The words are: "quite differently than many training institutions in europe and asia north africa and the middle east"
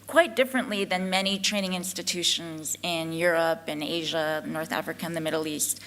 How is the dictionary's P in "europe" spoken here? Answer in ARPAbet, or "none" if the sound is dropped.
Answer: P